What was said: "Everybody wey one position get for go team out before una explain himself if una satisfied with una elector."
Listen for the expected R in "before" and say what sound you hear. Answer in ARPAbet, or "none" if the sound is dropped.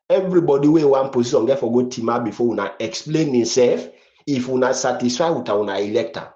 W